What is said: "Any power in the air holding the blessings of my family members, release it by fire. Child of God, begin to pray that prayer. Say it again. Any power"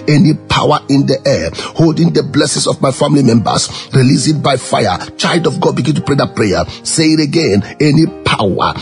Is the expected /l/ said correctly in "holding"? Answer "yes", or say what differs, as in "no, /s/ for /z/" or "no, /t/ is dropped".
yes